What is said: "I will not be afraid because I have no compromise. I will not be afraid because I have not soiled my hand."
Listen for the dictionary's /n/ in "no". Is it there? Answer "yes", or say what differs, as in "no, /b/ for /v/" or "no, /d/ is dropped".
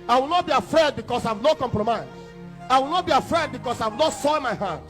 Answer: yes